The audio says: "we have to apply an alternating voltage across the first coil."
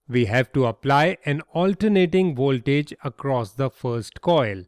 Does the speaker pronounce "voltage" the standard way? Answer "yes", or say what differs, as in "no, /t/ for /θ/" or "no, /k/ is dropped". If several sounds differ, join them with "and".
yes